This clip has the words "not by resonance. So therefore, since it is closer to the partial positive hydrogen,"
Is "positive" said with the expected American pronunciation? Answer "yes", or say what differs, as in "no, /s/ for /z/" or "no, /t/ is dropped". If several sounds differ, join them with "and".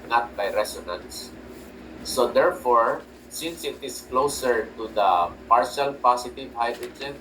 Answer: no, /s/ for /z/